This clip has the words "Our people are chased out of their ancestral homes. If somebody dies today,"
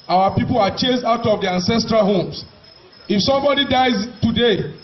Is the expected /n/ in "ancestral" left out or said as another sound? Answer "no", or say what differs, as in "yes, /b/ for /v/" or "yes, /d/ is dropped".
no